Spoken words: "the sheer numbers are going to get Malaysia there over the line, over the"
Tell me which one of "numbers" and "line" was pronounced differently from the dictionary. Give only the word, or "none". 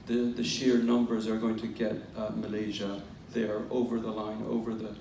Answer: none